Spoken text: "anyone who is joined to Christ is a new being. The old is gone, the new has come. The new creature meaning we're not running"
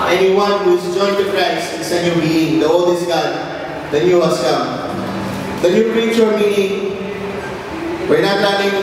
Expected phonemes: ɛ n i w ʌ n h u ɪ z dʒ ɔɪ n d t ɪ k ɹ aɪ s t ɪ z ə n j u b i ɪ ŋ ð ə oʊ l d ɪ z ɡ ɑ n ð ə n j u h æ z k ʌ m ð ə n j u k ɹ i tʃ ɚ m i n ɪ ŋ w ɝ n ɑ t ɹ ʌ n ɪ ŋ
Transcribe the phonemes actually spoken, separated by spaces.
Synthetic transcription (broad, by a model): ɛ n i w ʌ n h u ɪ z dʒ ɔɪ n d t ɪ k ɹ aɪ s ɪ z ə n j u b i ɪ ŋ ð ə oʊ l d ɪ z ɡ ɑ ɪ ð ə n j u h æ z k ʌ m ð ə n j u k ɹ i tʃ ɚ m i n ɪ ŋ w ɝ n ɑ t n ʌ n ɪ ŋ